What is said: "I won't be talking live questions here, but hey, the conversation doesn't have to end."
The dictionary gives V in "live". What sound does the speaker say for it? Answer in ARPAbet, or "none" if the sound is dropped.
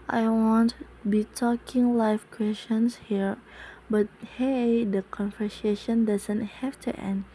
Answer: F